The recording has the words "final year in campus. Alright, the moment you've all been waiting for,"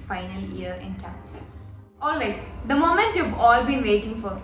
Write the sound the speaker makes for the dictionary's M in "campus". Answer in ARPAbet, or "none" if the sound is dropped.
none